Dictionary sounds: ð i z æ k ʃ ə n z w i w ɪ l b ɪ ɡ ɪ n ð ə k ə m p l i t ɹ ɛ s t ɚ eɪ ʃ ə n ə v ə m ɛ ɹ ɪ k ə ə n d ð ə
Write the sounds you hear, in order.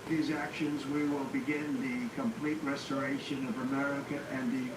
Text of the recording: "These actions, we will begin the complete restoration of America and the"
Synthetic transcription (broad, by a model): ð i z æ k ʃ ə n z w i w ɪ l b ɪ ɡ ɪ n ð ə k ə m p l i t ɹ ɛ s t ɚ eɪ ʃ ə n ə v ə m ɛ ɹ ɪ k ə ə n ð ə